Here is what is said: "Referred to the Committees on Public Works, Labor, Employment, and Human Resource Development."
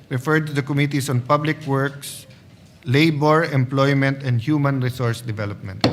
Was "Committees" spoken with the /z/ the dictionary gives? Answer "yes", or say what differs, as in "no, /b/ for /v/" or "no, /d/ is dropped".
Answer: no, /s/ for /z/